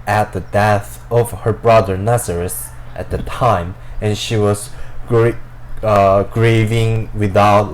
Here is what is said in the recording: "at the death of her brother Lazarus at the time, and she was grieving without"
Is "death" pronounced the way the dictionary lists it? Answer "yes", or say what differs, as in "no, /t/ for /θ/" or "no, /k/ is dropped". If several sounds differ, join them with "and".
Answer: yes